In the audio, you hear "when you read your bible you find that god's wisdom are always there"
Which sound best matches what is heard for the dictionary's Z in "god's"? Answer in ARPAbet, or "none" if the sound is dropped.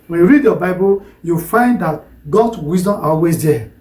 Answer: S